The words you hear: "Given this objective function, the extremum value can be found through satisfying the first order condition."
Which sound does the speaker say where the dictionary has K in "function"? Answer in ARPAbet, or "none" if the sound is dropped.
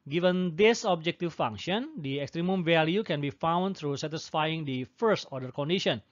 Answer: none